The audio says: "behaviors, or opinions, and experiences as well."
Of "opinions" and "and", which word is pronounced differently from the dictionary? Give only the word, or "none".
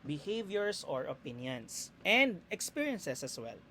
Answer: opinions